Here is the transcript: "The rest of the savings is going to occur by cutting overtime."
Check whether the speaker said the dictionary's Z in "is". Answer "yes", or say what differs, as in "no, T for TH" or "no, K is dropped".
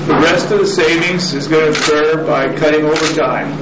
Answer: yes